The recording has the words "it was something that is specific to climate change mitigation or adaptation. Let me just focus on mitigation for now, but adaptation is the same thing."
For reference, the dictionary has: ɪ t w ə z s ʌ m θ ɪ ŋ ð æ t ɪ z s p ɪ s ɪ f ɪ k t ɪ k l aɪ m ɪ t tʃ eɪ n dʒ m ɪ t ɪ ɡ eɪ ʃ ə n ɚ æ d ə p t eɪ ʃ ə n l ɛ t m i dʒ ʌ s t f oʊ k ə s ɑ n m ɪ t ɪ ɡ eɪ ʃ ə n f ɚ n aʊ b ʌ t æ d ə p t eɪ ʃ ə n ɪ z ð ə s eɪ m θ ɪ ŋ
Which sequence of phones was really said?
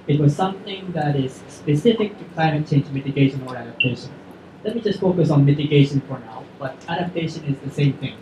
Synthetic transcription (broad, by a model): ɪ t w ə z s ʌ m θ ɪ ŋ ð æ t ɪ z s p ɪ s ɪ f ɪ k t ɪ k l aɪ m ɪ t tʃ eɪ n dʒ m ɪ t ɪ ɡ eɪ ʃ ə n ɚ æ d ə p t eɪ ʃ ə n l ɛ t m i dʒ ʌ s t f oʊ k ə s ɑ n m ɪ t ɪ ɡ eɪ ʃ ə n f ɚ n aʊ b ʌ t æ d ə p t eɪ ʃ ə n ɪ z ð ə s eɪ m θ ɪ ŋ